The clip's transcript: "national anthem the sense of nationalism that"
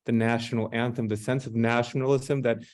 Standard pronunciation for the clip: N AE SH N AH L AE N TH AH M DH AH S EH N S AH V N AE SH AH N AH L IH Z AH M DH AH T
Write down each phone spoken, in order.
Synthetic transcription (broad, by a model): N AE SH N L AE N TH AH M DH AH S EH N S AH V N AE SH N L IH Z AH M DH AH T